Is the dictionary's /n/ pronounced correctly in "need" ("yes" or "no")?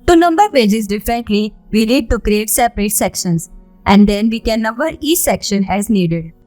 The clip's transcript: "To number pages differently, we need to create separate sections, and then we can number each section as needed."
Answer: no